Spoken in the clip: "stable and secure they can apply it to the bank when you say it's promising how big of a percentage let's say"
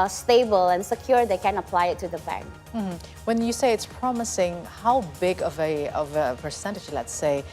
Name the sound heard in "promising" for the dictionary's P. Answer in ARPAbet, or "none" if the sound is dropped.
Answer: P